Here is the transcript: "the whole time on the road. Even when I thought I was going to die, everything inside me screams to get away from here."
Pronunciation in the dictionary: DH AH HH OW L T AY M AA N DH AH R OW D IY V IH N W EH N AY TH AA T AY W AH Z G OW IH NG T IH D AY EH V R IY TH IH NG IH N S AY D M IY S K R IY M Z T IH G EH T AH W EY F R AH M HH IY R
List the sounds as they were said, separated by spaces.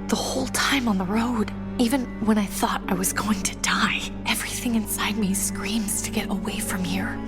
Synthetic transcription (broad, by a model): DH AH HH OW L T AY M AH N DH AH R OW D IY V IH N W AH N AY TH AA T AY W AH Z G OW IH NG T IH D AY EH V R IY TH IH NG IH N S AY D M IY S K R IY M Z T IH G EH T AH W EY F R AH M HH IY R